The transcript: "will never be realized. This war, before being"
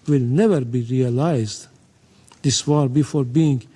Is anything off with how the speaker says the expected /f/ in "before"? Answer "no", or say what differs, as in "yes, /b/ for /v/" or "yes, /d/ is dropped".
no